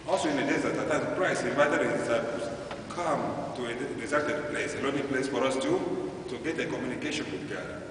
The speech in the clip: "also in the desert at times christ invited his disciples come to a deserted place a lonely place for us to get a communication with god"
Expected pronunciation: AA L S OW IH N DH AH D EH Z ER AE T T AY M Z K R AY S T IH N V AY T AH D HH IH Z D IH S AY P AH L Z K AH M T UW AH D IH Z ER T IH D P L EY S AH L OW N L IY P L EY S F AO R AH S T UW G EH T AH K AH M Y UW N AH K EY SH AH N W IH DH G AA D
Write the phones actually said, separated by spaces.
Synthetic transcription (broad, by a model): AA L S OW IH N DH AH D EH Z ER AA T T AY Z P R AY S IH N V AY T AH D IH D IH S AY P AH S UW K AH M T UW AH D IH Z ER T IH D P L EY S AH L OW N IY P L EY S F AO R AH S T UW G EH T AH K AH M Y UW N AH K EY SH AH N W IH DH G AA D